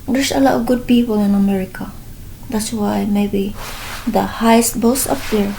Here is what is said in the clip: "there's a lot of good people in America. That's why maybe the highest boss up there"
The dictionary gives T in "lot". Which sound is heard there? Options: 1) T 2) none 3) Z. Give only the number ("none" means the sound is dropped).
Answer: 2